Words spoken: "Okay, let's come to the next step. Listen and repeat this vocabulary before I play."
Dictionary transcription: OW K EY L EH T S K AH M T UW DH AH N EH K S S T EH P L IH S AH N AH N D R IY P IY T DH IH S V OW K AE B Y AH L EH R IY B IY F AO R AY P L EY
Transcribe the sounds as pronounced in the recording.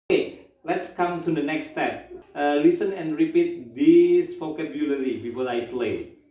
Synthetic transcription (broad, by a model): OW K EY L EH T S K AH M T UW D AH N EH K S S T EH P L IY S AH N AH N R IY P IY T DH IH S F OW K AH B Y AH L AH L IY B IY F AO AY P L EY